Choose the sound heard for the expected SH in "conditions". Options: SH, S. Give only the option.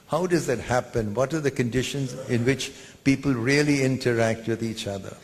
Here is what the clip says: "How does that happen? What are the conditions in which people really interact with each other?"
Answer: SH